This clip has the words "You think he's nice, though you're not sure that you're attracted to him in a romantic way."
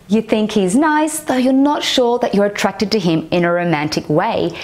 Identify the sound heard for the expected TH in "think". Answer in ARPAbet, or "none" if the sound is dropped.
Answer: TH